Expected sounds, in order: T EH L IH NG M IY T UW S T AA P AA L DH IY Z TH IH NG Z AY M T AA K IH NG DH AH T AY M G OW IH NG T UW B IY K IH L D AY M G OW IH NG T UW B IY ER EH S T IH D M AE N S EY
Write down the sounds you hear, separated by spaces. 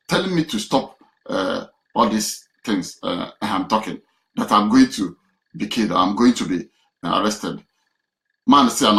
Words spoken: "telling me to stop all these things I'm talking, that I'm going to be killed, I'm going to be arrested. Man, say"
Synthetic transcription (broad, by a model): T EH L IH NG M IY T UW S T AA P AA L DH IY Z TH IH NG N AY M T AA K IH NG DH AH T AY M G OW IH NG T UW B IY K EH D AY M G OW IH NG T UW B IY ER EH S T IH D M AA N S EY